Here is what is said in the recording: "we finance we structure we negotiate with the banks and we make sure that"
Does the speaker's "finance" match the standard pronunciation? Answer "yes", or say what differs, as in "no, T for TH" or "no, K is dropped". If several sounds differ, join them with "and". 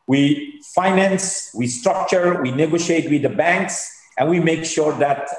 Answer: yes